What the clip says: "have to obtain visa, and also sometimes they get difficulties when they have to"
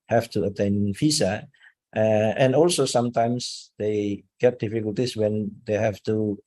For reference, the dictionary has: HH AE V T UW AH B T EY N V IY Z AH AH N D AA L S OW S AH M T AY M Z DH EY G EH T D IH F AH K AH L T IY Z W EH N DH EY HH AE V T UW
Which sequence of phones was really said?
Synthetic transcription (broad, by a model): HH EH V T UW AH T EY N F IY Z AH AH N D AA L S OW S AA M T AY M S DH EY G EH T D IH F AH K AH L T IY S W EH N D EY HH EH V T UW